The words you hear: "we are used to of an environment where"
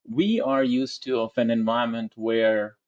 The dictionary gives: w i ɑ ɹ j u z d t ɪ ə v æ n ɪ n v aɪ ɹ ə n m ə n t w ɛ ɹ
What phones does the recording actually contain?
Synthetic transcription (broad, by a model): w i ɑ ɹ j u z t ɪ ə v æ n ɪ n v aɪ ə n m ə n t w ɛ ɹ